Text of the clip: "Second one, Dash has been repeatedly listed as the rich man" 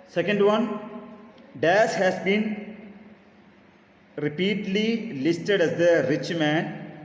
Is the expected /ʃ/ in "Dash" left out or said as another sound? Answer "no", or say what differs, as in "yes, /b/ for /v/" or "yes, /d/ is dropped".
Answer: yes, /s/ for /ʃ/